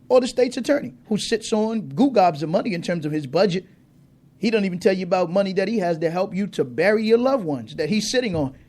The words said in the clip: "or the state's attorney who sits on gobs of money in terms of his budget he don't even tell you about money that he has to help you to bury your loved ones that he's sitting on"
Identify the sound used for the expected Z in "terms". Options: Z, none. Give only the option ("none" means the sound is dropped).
Z